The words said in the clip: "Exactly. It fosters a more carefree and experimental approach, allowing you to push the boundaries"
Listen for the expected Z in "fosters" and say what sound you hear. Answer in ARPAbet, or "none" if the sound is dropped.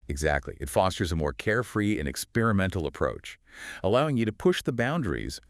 Z